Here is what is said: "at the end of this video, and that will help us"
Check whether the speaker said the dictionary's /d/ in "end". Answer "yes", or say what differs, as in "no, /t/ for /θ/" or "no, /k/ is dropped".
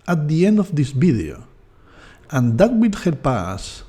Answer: yes